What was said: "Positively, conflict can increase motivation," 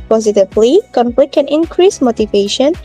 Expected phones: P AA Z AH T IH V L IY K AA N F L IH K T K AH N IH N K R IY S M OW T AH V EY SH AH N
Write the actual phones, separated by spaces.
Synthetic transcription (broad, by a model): P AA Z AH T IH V L IY K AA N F L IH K K AH N IH N K R IY S M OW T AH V EY SH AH N